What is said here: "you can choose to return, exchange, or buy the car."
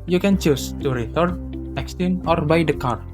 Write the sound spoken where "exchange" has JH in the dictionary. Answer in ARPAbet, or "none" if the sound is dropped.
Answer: none